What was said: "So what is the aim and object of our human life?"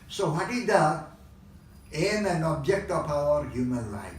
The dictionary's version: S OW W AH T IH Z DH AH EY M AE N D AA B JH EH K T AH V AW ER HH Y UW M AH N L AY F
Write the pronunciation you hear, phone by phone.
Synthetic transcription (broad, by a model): S OW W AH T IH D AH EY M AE N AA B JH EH K T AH P AW ER HH Y UW M AH N L AY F